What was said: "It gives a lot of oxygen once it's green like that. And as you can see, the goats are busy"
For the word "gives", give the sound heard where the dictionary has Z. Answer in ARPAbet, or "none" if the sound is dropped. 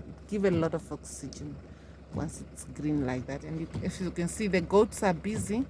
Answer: none